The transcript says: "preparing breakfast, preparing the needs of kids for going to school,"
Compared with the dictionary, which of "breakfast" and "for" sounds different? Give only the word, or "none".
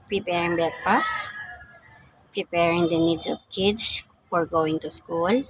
breakfast